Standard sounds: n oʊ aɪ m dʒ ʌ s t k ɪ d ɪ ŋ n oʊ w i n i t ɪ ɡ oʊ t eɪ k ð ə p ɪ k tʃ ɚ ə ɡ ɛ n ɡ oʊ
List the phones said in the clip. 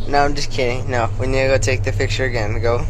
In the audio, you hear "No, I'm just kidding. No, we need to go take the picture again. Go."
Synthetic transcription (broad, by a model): n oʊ aɪ m dʒ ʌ s k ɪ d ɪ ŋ n oʊ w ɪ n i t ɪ ɡ oʊ t eɪ k ð ə f ɪ k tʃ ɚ ə ɡ ɛ n ɡ oʊ